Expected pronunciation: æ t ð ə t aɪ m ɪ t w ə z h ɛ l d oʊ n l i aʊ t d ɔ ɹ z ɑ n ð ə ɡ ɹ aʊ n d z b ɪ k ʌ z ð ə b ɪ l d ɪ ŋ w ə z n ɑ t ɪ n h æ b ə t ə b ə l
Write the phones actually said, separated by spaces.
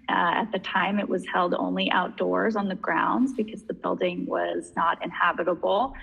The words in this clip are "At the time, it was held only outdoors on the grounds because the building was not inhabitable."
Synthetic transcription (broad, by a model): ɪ t ð ə t aɪ m ɪ t w ə z h ɛ l d oʊ n l i aʊ t d ɔ ɹ z n ð ə ɡ ɹ aʊ n d z b ɪ k ʌ z ð ə b ɪ l d ɪ ŋ w ə z n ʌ t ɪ n h æ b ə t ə b l